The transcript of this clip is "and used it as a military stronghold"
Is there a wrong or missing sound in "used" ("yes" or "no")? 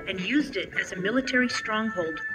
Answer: no